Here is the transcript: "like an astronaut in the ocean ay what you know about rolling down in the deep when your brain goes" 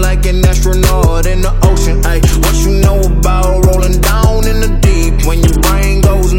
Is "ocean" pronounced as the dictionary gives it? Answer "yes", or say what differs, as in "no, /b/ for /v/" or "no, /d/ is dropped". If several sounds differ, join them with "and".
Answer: yes